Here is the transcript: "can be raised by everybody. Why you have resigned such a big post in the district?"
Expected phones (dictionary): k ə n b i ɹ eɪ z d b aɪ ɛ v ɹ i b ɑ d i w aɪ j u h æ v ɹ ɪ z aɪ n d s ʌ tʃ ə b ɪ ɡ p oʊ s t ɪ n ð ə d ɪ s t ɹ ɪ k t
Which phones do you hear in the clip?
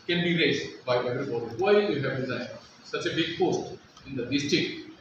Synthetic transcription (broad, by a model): k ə n b i ɹ eɪ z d b aɪ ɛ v ɹ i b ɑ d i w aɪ j u h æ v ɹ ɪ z aɪ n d s ʌ tʃ ə b ɪ ɡ p oʊ s t ɪ n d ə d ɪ s t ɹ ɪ k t